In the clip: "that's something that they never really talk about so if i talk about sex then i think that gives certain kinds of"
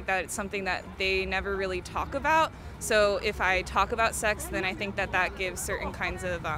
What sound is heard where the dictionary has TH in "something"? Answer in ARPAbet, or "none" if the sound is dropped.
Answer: TH